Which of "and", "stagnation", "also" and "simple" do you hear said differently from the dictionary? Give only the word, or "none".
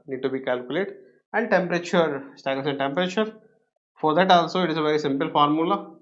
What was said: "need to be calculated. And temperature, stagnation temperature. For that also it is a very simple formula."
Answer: stagnation